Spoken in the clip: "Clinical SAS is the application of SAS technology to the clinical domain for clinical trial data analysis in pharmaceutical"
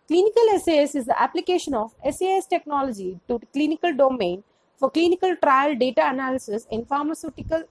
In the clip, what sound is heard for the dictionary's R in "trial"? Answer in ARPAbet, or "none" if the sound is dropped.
R